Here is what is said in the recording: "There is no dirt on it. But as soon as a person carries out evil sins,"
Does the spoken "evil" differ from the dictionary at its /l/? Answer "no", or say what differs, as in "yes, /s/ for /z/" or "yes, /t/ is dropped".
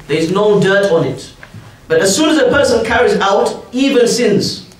yes, /n/ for /l/